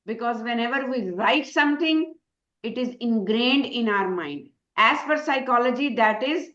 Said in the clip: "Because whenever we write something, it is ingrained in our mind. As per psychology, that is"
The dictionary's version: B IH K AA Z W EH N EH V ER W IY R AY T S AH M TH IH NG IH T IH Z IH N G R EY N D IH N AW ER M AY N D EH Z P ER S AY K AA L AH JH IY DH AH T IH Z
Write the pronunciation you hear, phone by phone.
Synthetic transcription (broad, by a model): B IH K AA Z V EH N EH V ER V IY R AY T S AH M T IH NG IH T IH Z IH N G R EY N D IH N AW ER M AY N D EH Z F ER S AY K AA L AH JH IY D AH T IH Z